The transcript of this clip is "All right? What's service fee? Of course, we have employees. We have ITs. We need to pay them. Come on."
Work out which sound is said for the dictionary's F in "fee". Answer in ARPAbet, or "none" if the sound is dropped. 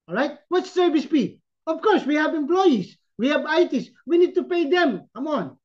P